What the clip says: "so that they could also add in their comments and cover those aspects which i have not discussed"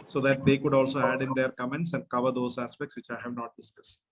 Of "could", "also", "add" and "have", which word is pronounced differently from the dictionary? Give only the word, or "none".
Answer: none